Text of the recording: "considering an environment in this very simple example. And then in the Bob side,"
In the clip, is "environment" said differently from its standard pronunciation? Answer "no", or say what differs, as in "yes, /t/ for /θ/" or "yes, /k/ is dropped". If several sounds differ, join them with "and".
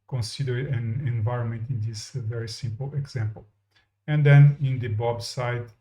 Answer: no